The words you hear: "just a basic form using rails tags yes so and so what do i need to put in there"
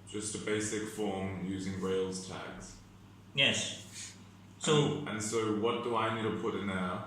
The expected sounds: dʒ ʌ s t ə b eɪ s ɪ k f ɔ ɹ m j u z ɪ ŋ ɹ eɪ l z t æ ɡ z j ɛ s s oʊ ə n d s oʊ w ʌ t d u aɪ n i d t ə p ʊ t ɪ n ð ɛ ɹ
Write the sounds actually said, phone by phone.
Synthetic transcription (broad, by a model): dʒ ʌ s t ə b eɪ s ɪ k f ɔ ɹ m j u z ɪ ŋ ɹ eɪ l z t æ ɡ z j ɛ s s oʊ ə n s oʊ w ʌ t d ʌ aɪ n i d t ə p ʊ t ɪ n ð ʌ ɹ